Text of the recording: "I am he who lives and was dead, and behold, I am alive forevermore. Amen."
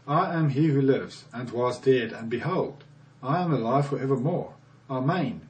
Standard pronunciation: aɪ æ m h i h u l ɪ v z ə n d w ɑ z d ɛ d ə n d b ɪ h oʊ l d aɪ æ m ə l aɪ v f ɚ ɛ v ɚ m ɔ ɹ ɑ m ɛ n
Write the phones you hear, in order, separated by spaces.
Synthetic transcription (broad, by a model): aɪ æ m h i h u l ɪ v z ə n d w ɑ z d ɛ d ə n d b ɪ h oʊ l d aɪ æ m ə l aɪ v f ɚ ɛ v ɚ m ɔ ɹ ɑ m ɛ n